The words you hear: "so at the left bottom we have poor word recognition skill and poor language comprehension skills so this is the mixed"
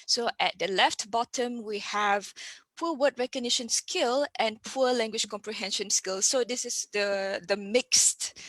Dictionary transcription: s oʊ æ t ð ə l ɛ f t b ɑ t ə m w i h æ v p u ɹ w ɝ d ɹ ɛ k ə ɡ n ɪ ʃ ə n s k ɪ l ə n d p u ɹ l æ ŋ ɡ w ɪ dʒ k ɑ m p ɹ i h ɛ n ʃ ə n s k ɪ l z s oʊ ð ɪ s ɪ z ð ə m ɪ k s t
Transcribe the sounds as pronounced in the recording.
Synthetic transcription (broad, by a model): s oʊ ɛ t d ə l ɛ f t b ɑ t ə m w i h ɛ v p u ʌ w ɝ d ɹ ɛ k ə ɡ n ɪ ʃ ə n s k ɪ l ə n p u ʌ l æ ŋ ɡ w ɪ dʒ k ɑ m p ɹ i h ɛ n ʃ ə n s k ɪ l s oʊ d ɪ s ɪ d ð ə m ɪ k s t